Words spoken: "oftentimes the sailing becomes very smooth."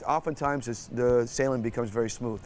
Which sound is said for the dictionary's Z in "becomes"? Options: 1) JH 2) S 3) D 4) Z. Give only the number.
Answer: 4